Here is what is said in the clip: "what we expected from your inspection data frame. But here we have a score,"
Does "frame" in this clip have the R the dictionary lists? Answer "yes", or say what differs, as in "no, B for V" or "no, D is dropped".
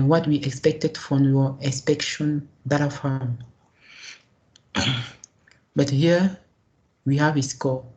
no, R is dropped